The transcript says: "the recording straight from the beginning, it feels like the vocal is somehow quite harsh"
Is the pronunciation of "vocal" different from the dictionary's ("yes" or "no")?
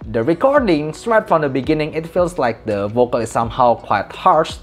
no